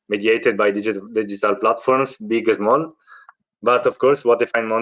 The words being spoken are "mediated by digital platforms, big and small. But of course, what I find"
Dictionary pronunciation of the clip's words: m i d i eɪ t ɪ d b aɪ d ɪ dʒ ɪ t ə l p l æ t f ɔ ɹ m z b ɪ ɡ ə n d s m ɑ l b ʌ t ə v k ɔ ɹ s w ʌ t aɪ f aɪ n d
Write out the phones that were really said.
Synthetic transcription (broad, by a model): m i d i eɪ t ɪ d b aɪ d ɪ dʒ ɪ t ə l p l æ t f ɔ ɹ m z b ɪ ɡ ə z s m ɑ l b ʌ t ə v k ɔ ɹ s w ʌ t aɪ f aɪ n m